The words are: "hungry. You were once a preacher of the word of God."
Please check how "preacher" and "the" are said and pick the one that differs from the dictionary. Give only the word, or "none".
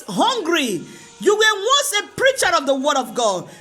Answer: none